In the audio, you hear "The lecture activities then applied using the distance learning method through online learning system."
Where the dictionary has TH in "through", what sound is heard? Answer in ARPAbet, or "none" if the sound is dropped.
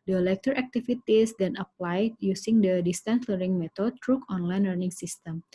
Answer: T